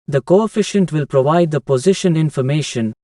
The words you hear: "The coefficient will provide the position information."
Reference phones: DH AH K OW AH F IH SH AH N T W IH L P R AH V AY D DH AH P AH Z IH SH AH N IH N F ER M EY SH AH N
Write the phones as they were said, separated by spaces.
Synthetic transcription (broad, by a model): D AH K OW AH F IH SH AH N T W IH L P R AH V AY D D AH P AH Z IH SH AH N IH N F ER M EY SH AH N